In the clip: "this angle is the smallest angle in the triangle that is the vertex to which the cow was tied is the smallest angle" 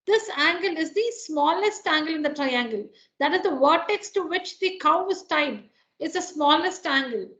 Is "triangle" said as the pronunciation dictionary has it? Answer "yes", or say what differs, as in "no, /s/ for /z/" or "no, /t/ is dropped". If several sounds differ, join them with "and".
yes